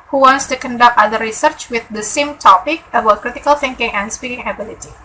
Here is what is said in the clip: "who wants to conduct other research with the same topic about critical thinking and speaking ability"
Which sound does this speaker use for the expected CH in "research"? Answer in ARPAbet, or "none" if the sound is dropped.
CH